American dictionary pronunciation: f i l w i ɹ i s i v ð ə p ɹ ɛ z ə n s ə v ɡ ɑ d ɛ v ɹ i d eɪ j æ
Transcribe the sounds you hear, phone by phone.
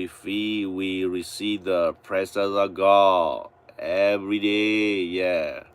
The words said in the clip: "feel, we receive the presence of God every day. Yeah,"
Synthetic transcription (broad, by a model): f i w i ɹ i s i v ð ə p ɹ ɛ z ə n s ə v ɡ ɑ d ɛ v ɹ i d eɪ j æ